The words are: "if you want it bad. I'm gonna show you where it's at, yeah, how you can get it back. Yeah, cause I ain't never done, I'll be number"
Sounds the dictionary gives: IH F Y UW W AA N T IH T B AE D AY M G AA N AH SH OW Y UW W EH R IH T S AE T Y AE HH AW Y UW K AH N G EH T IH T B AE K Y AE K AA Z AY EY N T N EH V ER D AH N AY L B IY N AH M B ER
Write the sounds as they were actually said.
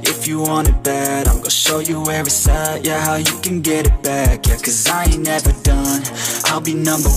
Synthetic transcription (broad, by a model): IH F Y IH W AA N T IH T B AE D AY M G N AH SH OW Y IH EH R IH S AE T Y AE HH AW Y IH K AH N G EH T IH T B AE K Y K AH Z AY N N EH V ER D AH N AY L B IY N AH M B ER